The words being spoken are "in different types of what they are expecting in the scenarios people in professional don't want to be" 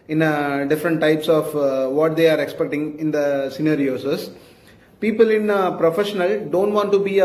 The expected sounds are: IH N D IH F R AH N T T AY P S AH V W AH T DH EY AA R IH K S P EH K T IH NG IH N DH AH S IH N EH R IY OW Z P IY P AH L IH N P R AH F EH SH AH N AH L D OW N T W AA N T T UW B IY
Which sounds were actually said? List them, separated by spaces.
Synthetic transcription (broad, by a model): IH N D IH F R AH N T T AY P S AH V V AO T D EY AA R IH K S P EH K T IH NG IH N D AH S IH N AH R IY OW S P IY P AH L IH N P R AH F EH SH AH N AH L D OW N T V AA N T T UW B IY